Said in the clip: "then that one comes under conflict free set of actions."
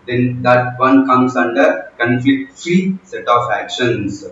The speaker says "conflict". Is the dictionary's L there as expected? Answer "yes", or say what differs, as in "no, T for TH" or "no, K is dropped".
no, L is dropped